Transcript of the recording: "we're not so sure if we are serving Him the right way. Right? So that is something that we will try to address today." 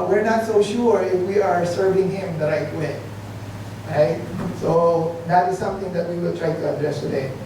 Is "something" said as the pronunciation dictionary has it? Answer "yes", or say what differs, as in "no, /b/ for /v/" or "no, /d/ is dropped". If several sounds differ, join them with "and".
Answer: no, /t/ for /θ/